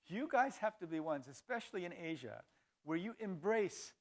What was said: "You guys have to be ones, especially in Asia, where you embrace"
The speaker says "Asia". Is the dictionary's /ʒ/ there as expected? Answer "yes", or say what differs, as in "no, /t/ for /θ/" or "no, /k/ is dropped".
yes